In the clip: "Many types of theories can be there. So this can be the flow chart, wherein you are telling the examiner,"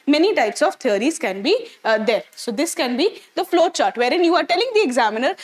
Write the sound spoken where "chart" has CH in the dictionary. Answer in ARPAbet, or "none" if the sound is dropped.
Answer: CH